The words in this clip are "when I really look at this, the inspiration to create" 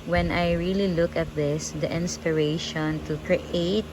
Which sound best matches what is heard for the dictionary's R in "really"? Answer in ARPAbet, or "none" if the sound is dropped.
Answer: R